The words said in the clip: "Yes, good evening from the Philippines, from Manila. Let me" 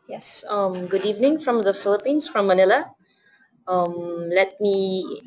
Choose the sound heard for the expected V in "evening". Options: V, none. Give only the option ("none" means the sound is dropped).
V